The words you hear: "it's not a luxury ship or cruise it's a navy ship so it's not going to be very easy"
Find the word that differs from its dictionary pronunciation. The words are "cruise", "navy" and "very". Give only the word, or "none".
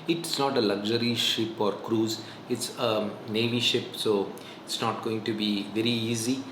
none